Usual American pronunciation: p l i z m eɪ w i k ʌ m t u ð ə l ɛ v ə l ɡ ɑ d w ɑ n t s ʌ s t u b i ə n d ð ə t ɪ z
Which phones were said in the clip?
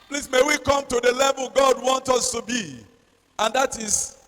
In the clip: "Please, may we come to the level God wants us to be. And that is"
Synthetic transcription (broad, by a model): p l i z m eɪ w i k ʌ m t u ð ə l ɛ v ə l ɡ ɑ d w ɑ n t ʌ s t u b i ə n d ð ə t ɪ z